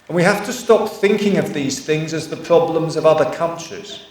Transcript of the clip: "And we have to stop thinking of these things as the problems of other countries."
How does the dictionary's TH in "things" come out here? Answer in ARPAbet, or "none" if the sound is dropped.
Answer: TH